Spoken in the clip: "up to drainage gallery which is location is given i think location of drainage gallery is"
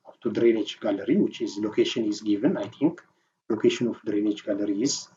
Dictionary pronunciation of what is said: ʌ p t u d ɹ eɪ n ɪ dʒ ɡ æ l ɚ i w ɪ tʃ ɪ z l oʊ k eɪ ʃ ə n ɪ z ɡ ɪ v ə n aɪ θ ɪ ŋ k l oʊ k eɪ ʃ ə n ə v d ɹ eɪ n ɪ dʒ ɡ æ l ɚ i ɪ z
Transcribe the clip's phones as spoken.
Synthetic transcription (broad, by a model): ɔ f t u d ɹ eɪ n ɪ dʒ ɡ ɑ l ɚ i w ɪ tʃ ɪ z l oʊ k eɪ ʃ ə n ɪ z ɡ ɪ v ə n aɪ t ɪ ŋ k l oʊ k eɪ ʃ ə n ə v d ɹ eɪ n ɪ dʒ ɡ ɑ l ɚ i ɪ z